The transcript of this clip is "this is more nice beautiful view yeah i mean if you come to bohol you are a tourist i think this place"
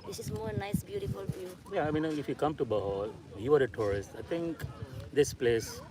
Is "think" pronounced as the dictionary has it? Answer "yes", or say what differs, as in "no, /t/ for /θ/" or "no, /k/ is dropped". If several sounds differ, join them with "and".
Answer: no, /t/ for /θ/